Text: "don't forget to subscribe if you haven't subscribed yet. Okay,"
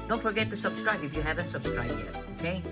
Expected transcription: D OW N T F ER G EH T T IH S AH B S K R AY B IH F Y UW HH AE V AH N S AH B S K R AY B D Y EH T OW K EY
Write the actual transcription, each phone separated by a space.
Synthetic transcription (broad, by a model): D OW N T F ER G EH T T IH S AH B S K R AY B IH F Y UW HH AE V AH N S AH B S K R AY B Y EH OW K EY